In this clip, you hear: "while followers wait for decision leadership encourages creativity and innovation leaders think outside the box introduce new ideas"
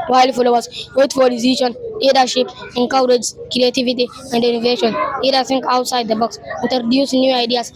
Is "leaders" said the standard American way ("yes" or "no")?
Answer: no